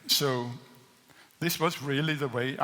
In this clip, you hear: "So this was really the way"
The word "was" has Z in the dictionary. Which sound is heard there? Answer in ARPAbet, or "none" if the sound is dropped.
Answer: Z